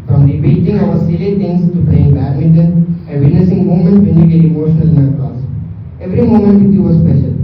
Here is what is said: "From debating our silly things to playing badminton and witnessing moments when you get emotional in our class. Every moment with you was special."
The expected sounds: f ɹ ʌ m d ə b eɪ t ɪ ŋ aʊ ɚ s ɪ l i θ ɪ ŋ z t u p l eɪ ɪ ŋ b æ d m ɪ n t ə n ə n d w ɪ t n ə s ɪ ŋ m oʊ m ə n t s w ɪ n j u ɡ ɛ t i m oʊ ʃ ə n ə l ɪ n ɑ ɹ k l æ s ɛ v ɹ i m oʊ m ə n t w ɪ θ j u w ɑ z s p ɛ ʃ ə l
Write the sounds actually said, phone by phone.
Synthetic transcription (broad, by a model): f ɹ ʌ m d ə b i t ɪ ŋ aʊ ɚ s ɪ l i t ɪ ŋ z t u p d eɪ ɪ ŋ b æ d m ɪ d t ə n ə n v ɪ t n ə s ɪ ŋ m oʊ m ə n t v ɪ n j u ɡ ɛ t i m oʊ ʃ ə n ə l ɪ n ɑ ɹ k ɔ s ɛ v ɹ i m oʊ m ə n t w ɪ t j u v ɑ s p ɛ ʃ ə l